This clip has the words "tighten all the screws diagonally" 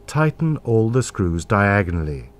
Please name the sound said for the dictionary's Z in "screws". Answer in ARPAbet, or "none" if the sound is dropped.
Z